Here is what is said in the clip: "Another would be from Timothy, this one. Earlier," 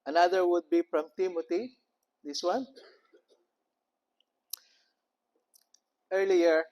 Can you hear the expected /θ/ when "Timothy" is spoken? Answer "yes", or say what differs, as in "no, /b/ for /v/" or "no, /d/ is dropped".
no, /t/ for /θ/